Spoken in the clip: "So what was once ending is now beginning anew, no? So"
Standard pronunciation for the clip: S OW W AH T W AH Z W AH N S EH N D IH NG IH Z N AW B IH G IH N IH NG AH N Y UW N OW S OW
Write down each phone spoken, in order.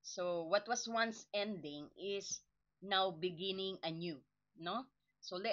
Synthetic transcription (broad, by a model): S OW W AH T W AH S W AH N S EH N D IH NG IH S N AW B IH G IH N IH NG AH N Y UW N OW S OW